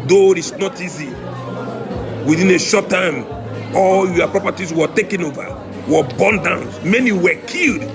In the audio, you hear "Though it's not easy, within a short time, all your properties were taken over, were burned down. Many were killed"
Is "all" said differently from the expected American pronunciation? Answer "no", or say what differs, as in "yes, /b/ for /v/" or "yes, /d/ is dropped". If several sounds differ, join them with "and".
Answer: no